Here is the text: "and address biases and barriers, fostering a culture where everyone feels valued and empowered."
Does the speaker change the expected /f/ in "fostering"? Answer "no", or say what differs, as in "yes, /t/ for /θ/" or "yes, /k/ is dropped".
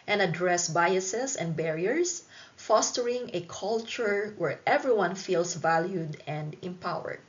no